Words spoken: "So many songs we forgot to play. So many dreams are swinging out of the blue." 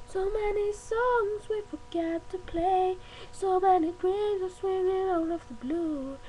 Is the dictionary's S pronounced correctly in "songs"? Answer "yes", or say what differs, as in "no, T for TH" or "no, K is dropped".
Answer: yes